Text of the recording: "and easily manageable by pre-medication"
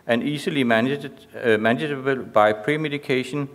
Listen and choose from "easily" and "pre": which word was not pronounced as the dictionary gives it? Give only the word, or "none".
easily